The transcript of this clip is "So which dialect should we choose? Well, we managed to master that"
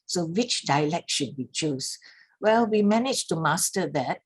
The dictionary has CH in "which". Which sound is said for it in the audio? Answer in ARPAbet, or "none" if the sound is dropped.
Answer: CH